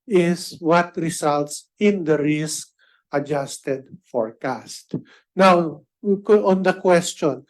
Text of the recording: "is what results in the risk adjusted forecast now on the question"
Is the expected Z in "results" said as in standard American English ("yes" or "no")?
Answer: no